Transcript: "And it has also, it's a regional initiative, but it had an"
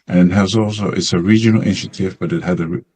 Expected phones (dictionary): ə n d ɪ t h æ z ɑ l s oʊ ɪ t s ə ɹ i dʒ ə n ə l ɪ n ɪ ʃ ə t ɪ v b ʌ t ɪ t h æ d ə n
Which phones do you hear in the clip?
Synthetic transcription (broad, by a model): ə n ɪ t h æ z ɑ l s oʊ ɪ t s ə ɹ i dʒ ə n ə l ɪ n ɪ ʃ ə t ɪ v b ʌ t ɪ t h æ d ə